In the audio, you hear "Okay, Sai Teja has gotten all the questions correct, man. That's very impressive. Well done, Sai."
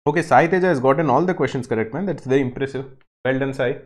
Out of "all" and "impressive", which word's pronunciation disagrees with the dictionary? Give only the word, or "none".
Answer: none